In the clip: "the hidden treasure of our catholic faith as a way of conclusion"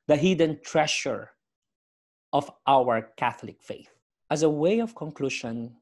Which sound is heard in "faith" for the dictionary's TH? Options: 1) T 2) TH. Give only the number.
2